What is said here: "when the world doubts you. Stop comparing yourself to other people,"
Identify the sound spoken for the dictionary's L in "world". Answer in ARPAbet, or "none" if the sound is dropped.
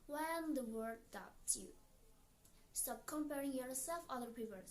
none